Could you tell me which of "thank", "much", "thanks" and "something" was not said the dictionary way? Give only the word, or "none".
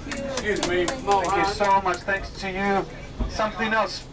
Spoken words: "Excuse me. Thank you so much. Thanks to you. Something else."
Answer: thank